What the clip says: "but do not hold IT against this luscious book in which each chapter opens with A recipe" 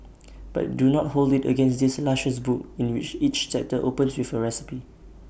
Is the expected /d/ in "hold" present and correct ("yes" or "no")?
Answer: yes